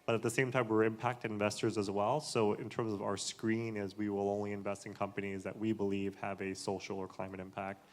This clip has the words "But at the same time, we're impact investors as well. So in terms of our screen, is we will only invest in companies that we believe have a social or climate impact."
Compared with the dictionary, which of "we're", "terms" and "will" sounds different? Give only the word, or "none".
none